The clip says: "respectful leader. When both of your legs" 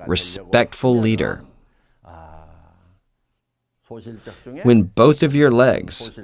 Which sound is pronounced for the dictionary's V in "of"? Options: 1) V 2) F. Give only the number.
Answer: 1